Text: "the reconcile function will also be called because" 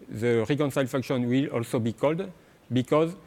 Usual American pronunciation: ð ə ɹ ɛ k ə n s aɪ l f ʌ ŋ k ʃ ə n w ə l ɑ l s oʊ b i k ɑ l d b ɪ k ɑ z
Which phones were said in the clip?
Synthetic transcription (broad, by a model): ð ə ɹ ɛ k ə n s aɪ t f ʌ k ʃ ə n w ə l ɑ l s oʊ b i k ɑ l d b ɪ k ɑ z